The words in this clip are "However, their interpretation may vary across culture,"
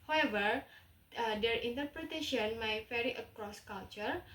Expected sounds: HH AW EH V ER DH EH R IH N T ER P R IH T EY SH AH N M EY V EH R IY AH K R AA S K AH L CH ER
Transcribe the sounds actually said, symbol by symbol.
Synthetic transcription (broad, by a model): HH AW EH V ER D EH R IH N T ER P R IH T EY SH AH N M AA F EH R IY AH K R AA S K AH L CH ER